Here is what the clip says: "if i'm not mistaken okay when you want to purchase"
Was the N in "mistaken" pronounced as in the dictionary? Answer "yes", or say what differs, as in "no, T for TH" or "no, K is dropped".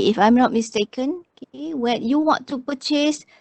yes